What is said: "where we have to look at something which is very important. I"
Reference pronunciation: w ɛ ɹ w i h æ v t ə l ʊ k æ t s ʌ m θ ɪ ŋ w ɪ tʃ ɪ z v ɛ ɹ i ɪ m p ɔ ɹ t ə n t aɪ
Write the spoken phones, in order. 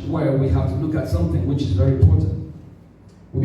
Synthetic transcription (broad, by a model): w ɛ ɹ w i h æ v t ə l ʊ k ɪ t s ʌ m θ ɪ ŋ w ɪ tʃ ɪ z v ɛ ɹ i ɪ m p ɔ ɹ t n t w